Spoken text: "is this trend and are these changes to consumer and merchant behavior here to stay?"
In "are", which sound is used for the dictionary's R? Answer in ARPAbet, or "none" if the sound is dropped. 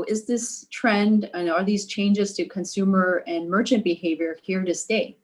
L